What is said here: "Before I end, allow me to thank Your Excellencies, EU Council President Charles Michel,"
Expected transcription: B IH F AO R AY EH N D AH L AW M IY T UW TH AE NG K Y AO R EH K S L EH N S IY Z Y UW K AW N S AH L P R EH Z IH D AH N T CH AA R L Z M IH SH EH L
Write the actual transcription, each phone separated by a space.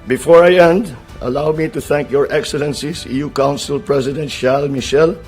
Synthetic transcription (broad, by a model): B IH F AO R AY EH N D AH L AW M IY T UW TH AE NG K Y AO R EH K S L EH N S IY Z Y UW K AW N S AH L P R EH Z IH D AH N T SH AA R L M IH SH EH L